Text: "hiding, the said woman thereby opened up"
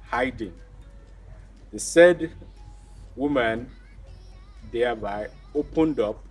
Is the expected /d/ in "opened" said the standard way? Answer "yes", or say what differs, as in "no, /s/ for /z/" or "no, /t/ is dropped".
yes